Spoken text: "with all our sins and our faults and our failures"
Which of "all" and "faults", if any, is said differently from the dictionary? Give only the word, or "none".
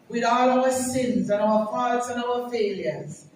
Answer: faults